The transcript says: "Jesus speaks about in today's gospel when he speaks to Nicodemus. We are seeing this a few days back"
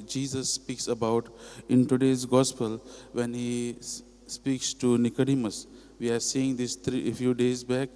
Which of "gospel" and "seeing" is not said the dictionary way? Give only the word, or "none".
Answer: none